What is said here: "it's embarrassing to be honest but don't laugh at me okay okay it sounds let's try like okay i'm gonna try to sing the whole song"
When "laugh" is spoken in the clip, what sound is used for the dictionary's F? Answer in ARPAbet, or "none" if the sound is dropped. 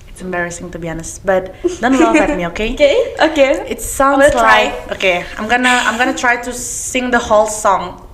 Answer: none